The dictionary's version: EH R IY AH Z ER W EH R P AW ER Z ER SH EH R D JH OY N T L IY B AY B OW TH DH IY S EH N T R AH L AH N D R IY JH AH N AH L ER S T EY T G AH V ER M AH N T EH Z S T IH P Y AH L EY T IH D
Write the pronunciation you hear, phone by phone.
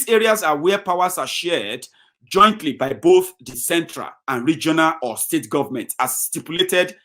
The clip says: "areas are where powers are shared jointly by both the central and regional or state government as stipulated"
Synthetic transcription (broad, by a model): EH R IY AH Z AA W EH P AW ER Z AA SH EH D JH OY N T L IY B AY B OW TH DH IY S EH N T R AH L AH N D R IY JH AH N AH L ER S T EY T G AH V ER M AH N T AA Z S T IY P Y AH L EY T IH D